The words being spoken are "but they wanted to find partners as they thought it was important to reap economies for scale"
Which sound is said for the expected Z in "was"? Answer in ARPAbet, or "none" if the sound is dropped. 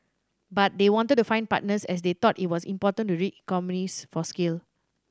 S